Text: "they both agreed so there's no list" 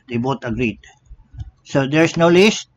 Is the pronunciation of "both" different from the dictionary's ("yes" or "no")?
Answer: yes